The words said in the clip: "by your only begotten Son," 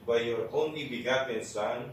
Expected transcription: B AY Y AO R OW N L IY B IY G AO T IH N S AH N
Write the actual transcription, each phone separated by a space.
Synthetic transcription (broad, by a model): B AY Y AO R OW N IY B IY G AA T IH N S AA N